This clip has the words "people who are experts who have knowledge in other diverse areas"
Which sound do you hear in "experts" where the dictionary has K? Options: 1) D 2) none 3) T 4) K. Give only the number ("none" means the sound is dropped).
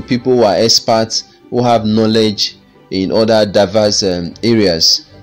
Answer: 2